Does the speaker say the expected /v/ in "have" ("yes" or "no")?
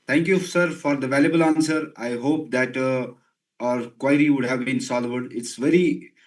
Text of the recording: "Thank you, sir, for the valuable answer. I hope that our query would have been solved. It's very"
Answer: yes